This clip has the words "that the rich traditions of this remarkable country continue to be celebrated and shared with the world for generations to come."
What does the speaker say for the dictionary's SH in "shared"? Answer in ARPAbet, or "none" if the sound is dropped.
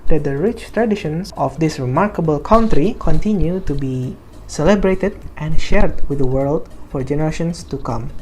SH